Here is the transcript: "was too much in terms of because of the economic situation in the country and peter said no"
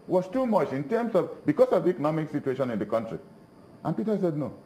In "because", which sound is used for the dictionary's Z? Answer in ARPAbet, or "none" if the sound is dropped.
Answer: S